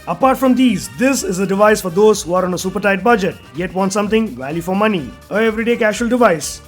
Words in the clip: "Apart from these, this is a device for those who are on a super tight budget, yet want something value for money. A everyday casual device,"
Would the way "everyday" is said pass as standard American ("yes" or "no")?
yes